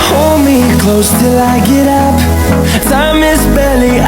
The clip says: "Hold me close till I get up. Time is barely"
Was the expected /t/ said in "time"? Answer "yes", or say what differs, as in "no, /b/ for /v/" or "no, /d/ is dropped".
no, /s/ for /t/